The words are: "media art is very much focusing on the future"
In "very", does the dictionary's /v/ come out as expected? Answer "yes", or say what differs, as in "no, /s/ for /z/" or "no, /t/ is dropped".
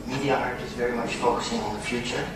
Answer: yes